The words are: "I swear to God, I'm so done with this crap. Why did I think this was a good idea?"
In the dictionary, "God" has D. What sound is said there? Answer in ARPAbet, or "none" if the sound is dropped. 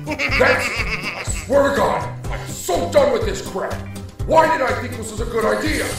none